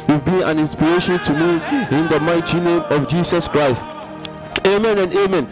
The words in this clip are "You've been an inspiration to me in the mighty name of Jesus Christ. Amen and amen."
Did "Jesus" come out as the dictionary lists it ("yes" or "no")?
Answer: no